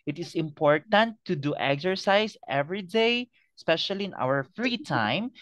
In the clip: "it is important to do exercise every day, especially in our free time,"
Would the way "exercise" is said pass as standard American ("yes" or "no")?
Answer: no